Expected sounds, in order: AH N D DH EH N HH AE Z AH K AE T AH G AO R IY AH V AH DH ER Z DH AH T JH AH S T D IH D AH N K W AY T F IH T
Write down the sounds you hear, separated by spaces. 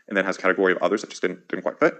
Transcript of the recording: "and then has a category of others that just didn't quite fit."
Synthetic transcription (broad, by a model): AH N DH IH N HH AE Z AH K AE T AH G AO R IY AH V AH DH ER Z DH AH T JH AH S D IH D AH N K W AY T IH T